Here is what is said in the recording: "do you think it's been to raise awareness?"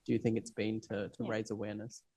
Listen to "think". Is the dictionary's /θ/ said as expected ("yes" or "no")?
yes